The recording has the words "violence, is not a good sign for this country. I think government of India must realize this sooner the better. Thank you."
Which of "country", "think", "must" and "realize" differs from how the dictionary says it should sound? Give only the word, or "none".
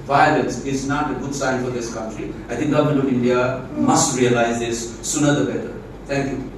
think